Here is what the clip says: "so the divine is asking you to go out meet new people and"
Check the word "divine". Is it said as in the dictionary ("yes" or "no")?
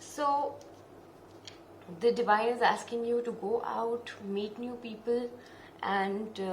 no